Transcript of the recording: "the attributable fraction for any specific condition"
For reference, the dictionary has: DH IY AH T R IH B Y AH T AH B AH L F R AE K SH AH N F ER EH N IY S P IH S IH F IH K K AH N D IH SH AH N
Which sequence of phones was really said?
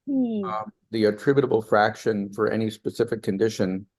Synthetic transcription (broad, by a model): DH IY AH T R IH B Y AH T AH B L F R AE K SH AH N F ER EH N IY S P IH S IH F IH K K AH N D IH SH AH N